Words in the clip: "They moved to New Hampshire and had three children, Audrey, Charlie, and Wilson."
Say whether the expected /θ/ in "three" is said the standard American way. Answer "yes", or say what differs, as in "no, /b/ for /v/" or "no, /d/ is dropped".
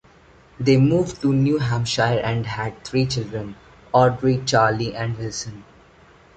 no, /t/ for /θ/